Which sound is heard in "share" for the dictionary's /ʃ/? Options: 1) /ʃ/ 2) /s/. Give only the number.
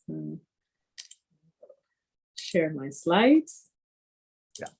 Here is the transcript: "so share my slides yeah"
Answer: 1